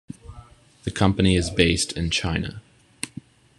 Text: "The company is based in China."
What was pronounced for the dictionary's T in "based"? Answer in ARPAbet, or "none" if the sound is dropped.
T